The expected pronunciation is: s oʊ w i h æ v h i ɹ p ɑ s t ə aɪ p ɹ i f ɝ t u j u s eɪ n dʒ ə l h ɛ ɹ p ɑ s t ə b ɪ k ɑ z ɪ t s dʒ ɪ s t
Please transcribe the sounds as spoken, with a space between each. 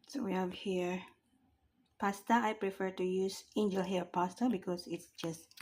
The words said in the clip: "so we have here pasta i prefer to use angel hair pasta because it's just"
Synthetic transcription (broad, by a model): s oʊ w i h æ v h i ɹ p ɑ s t ə aɪ p ɹ i f ɝ t u j u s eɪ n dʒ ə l h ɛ p ɑ s t ə b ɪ k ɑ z ɪ t s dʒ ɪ s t